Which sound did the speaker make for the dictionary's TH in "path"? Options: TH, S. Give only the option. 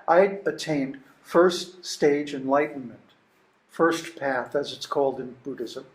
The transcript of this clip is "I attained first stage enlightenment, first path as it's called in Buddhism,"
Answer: TH